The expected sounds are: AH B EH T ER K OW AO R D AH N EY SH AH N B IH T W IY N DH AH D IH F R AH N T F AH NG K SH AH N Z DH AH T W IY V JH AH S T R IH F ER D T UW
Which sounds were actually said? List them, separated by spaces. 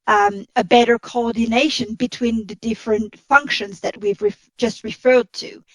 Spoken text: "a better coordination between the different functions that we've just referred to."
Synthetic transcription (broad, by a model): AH B EH T ER K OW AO R D N EY SH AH N B IH T W IY N DH AH D IH F R AH N T F AH NG K SH AH N Z DH AH T W IY V JH AH S T R IH F ER D T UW